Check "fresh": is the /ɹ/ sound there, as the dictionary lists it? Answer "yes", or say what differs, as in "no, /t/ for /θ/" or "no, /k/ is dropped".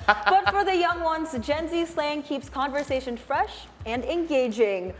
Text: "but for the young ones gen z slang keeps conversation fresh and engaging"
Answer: yes